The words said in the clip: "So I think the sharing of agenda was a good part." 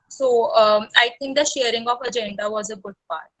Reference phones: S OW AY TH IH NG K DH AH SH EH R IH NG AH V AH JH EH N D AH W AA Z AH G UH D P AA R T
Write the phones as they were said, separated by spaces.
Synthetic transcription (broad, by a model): S OW AY T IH NG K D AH SH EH R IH NG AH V AH JH EH N D AH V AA Z AH G UH D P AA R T